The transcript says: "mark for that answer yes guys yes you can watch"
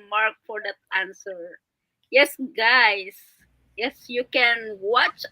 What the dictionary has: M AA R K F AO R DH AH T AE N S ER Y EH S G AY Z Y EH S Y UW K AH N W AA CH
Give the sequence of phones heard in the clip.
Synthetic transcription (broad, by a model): M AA R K F AO R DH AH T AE N S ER Y EH S G AY S Y EH S Y UW K AH N W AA CH